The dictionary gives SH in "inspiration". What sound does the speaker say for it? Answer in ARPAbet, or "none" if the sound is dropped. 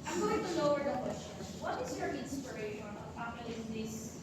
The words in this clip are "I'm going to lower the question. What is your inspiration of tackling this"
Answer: none